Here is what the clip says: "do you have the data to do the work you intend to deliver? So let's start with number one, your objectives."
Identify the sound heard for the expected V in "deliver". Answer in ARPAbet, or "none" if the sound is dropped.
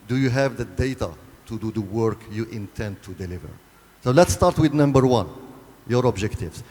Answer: V